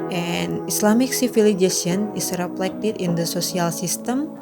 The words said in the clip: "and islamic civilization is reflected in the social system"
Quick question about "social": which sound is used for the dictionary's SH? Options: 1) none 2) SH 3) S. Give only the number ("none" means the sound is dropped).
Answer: 3